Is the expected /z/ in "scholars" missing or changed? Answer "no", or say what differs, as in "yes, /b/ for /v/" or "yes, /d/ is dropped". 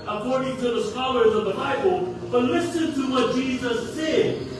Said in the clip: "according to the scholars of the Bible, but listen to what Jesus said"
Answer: no